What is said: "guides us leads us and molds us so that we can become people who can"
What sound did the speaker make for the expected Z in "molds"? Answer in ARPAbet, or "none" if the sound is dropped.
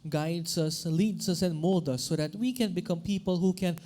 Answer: none